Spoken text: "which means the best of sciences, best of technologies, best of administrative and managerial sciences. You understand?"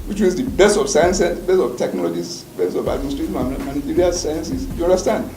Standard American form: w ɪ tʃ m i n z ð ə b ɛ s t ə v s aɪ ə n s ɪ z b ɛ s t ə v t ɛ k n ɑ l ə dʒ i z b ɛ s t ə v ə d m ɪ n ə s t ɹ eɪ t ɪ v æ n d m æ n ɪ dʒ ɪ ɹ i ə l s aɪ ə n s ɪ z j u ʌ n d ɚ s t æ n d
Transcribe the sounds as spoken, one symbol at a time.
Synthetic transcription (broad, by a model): w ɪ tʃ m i z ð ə b ɛ s t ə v s aɪ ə n s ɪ b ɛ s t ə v t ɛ k n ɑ l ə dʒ i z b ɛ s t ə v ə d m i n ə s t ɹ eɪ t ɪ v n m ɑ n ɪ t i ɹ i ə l s aɪ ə n s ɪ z j u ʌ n d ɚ s t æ n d